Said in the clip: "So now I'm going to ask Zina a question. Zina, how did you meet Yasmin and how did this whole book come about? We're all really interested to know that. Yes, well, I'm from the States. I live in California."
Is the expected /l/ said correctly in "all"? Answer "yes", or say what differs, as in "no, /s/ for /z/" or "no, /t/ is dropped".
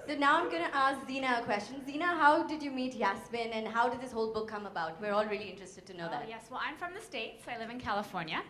yes